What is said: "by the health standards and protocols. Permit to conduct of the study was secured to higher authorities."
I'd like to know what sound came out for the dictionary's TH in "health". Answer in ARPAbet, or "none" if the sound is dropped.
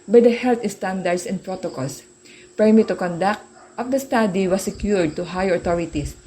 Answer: T